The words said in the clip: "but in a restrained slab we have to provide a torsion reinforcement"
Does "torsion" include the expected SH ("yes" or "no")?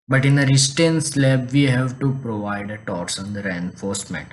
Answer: no